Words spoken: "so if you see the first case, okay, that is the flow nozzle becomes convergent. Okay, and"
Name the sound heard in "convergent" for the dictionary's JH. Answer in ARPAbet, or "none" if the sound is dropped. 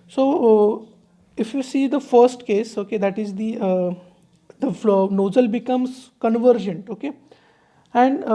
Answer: JH